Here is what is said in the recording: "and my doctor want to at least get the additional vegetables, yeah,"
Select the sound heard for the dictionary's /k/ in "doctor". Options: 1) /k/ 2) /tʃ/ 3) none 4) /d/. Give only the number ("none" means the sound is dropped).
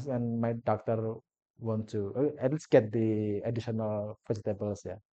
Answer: 1